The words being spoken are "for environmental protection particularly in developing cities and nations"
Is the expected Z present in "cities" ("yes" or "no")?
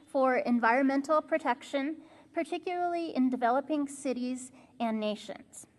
yes